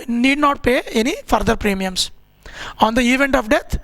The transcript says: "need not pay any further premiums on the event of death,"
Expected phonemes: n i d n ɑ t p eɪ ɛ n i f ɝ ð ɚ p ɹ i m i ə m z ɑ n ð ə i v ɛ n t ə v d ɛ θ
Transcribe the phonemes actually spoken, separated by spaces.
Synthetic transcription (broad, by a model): n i d n ɑ t p eɪ ɛ n i f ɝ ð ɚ p ɹ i m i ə m s ɑ n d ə i v ɛ n t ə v d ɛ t